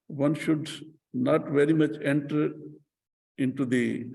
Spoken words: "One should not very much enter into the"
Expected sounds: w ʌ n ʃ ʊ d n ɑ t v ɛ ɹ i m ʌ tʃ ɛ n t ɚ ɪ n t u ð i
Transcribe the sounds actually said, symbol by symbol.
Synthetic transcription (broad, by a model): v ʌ n ʃ ʊ d n ɑ t v ɛ ɹ i m ʌ tʃ ɛ n t ɚ ɪ n t u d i